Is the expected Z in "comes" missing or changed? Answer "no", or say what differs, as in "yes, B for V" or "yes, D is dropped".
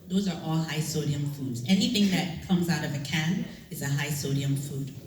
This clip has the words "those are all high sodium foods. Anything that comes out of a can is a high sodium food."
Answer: no